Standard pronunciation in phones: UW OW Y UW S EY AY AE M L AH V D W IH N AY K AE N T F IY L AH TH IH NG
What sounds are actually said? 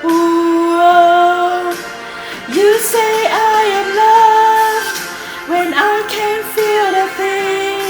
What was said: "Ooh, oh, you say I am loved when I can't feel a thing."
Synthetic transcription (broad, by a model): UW OW Y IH S EY AY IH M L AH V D W IH N AY K AE N T F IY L AH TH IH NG